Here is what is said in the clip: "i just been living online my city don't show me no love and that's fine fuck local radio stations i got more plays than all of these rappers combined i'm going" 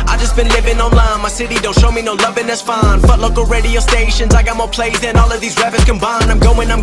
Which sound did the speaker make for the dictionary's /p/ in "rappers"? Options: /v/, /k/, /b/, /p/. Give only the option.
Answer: /b/